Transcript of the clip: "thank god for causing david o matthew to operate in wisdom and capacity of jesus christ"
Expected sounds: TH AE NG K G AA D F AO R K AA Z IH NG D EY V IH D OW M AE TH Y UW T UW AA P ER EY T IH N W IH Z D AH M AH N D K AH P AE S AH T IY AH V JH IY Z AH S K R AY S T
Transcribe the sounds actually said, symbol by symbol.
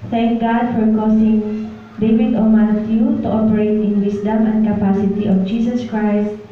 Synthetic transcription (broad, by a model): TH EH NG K G AA D F AO R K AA S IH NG D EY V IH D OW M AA T Y UW T UW AA P ER EY T IH N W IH S D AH M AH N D K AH P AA S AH T IY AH F JH IY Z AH S K R AY S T